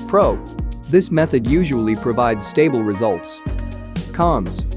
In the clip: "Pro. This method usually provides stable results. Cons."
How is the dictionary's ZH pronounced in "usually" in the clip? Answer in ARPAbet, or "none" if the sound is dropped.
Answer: ZH